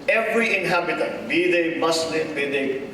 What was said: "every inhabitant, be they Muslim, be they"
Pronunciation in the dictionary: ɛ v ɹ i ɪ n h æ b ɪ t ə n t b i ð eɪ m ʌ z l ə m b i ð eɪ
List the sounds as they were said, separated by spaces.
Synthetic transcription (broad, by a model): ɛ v ɹ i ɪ n h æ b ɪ t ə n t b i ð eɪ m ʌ s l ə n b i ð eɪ